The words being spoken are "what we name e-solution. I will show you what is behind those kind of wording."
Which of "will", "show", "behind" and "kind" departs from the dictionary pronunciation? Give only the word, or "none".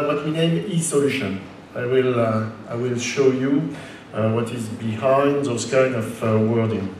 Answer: kind